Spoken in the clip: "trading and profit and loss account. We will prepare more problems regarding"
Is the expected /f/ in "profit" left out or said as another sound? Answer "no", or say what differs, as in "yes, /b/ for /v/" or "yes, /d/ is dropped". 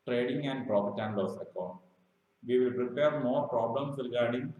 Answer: yes, /p/ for /f/